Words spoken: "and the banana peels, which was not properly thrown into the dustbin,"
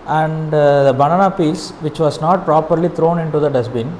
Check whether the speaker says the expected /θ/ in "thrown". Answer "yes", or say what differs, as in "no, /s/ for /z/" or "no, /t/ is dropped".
no, /t/ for /θ/